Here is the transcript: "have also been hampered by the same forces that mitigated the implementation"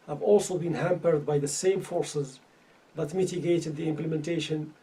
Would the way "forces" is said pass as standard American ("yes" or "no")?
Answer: yes